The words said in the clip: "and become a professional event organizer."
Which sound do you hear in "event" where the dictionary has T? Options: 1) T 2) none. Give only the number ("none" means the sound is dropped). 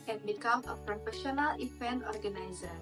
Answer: 2